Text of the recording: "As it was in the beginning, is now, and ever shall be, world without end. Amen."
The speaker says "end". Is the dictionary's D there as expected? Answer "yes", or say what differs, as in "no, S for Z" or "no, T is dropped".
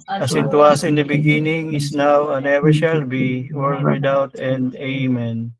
yes